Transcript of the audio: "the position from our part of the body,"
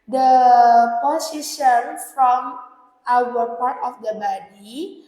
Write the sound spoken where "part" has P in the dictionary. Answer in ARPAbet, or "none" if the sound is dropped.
P